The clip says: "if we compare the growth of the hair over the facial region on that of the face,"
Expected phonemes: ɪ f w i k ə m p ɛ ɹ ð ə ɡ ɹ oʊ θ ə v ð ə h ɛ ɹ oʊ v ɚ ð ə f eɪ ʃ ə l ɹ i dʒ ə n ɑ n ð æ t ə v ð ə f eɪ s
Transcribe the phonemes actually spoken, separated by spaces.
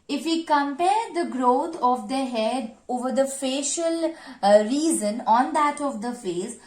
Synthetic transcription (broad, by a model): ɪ f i k ə m p ɛ ɹ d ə ɡ ɹ oʊ t ə v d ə h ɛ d oʊ v ɚ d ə f eɪ ʃ ə l ɹ i z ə n ɑ n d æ t ə v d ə f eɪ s